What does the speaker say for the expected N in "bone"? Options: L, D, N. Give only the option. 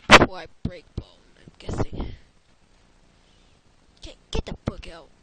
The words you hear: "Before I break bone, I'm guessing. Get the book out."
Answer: L